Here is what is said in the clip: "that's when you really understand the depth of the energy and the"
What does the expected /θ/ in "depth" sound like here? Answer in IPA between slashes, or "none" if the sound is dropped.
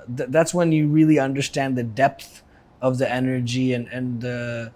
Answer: /θ/